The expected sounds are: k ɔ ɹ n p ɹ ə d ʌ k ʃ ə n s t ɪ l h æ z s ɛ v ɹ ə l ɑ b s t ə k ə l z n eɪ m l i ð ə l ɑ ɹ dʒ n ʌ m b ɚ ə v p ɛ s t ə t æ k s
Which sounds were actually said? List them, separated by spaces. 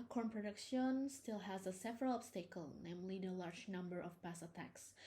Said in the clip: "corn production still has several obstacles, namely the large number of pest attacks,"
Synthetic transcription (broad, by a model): k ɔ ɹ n p ɹ ə d ʌ k ʃ ə n s t ɪ l h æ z s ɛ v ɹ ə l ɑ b s t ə k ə l n eɪ m l i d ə l ɑ ɹ dʒ n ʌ m b ɚ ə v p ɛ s ə t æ k s